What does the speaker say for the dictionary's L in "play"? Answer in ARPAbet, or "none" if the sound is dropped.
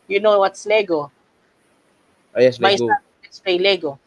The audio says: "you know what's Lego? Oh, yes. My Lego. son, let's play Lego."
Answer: none